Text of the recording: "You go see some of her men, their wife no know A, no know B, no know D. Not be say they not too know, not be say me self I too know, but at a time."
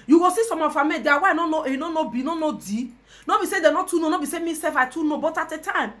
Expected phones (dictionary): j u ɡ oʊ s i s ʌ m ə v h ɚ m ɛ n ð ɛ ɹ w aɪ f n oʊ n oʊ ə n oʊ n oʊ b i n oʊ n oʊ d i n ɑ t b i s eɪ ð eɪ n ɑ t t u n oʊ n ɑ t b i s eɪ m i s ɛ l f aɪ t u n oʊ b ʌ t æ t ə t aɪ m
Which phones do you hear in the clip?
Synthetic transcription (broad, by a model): j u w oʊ s i s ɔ m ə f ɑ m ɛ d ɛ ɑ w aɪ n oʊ n oʊ ə n oʊ n oʊ b i n oʊ n oʊ d i n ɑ b i s eɪ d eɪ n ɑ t t u n oʊ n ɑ b i s eɪ m i s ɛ f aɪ t u n oʊ b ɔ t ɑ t ə t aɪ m